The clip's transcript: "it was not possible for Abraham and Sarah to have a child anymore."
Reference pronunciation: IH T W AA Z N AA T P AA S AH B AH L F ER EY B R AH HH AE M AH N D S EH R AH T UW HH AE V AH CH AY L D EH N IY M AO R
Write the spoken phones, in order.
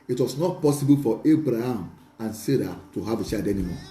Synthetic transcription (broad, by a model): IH T W AA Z N AA T P AA S AH B AH L F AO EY B R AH HH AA M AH N S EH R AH T UW HH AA V AH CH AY D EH N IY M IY